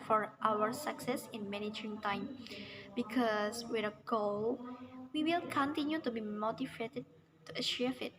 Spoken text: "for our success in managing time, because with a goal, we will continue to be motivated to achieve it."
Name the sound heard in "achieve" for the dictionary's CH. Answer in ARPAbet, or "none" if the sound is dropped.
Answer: SH